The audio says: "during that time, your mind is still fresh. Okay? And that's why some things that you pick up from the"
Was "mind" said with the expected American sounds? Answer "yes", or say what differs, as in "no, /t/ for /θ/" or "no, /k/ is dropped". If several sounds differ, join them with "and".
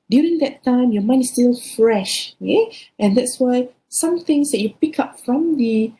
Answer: no, /d/ is dropped